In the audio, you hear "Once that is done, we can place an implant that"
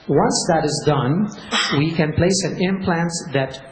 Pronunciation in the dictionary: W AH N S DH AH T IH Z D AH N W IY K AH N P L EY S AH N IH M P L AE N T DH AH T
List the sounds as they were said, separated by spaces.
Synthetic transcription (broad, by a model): W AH N S DH AH T IH Z D AH N W IY K AH N P L EY S AH N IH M P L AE N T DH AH T